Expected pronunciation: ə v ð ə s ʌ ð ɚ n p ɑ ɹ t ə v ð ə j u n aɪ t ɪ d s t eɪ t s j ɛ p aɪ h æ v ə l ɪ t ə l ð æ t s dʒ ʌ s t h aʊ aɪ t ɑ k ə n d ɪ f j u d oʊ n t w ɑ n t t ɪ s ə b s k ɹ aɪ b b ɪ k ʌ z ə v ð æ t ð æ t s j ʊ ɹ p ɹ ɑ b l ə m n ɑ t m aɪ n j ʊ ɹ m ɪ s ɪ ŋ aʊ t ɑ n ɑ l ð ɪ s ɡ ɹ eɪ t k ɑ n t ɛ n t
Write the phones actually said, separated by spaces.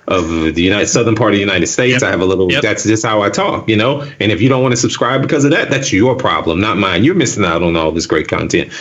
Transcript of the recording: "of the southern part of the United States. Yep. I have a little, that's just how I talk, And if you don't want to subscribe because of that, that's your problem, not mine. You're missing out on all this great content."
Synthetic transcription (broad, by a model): ə v ð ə s ʌ ð ɚ n p ɑ ɹ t ə v ð ə j u n aɪ t ɪ d s t eɪ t s aɪ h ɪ v ə l ɪ t l ð æ t s dʒ ʌ s t h aʊ aɪ t ɑ k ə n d ɪ f j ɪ d oʊ n t w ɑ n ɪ s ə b s k ɹ aɪ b b ɪ k ʌ z ə v ð æ t ð æ t s j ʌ ɹ p ɹ ɑ b l ə m n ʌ t m aɪ n j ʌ ɹ m ɪ s ɪ ŋ aʊ t n ɑ l ð ɪ s ɡ ɹ eɪ t k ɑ n t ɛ n t